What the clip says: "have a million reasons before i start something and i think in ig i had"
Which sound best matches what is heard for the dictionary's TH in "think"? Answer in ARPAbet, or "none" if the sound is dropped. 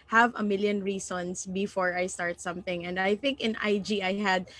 TH